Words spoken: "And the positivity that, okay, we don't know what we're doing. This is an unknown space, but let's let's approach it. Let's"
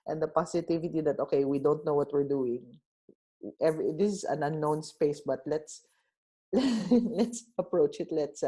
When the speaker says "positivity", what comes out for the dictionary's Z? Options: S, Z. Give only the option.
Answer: S